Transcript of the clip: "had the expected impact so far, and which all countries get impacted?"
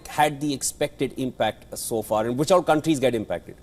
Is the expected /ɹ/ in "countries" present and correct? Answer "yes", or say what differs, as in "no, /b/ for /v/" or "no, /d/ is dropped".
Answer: yes